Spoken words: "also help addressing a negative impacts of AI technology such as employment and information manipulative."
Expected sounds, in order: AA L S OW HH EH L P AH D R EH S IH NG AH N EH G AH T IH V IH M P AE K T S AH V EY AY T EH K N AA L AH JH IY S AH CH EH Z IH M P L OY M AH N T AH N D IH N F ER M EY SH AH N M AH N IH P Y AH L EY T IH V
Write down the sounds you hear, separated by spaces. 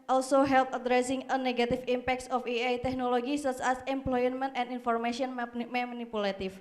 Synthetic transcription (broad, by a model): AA L S OW HH EH L P AH D R EH S IH NG AH N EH G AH T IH F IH M P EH K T S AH F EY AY T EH K N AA L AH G IY S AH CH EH S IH M P L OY M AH N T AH N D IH N F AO M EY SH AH N M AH N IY P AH L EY T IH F